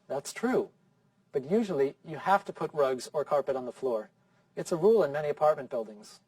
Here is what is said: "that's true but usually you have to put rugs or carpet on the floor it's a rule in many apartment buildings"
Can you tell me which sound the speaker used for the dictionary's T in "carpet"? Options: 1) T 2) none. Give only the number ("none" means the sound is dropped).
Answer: 1